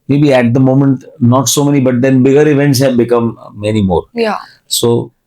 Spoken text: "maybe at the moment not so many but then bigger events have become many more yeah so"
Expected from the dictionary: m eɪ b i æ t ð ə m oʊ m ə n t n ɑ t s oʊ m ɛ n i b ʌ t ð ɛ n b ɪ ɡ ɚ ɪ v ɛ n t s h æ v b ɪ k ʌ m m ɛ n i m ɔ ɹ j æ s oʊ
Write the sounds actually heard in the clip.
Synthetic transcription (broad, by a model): m eɪ b i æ t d ə m oʊ m ə n t n ɑ t s oʊ m ɛ n i b ʌ t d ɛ n b ɪ ɡ ɚ ɪ v ɛ n t s h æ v b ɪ k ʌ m m ɛ n i m ɔ ɹ j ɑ s oʊ